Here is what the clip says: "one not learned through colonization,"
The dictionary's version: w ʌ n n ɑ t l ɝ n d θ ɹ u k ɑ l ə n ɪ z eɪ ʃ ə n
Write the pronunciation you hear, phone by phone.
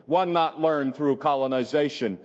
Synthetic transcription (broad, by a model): w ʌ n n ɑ t l ɝ n θ ɹ u k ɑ l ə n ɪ z eɪ ʃ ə n